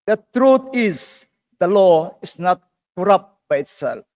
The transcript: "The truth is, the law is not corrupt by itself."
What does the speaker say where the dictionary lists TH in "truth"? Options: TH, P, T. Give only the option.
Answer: T